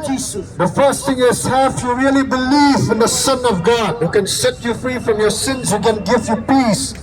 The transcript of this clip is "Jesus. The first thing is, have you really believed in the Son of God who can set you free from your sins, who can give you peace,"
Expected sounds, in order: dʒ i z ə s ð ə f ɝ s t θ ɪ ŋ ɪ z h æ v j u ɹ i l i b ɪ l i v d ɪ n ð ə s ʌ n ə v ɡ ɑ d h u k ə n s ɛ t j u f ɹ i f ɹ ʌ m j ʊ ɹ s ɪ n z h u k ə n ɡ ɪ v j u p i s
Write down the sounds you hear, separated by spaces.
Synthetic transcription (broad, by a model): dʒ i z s ð ə f ɝ s t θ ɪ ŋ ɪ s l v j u ɹ i l i b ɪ l i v ɪ n ð ə s ʌ n ə v ɡ ɑ d h u k ə n s ɛ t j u f ɹ i f ɹ ʌ m j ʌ ɹ s ɪ n z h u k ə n ɡ ɪ v j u p i s